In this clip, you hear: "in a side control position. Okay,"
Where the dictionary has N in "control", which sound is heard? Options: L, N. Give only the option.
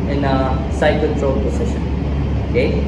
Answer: L